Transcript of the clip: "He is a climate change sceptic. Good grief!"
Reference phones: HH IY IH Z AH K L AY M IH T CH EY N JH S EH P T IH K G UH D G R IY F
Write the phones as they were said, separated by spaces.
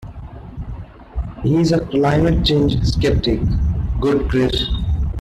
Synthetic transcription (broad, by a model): HH IY IH Z AH K L AY M IH T CH EY N JH S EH P T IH K G UH D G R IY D